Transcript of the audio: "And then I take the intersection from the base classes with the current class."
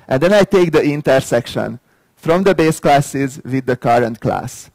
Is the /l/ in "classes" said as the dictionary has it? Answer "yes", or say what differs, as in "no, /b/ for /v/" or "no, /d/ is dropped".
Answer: yes